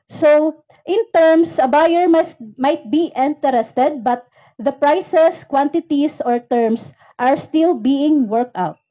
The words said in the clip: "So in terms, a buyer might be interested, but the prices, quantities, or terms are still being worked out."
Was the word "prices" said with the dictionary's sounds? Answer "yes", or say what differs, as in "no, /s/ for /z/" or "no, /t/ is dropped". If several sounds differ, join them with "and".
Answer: no, /s/ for /z/